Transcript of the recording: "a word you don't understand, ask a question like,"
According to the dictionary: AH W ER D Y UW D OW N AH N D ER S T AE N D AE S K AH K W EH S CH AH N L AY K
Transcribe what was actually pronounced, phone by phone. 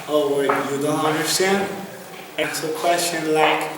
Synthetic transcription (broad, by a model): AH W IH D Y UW D OW N AH N D ER S T AE N D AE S AH K W EH S CH AH N L AY K